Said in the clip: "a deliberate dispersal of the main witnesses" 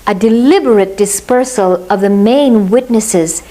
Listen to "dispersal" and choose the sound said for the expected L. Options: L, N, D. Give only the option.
L